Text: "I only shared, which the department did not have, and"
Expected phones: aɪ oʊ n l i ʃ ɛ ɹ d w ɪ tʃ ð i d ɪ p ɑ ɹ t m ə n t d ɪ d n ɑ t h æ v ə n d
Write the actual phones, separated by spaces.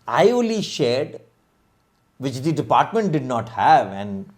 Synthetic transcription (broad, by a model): aɪ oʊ l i ʃ ɛ ɹ d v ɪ tʃ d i d ɪ p ɑ ɹ t m ə n t d ɪ d n ɑ t h æ v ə n d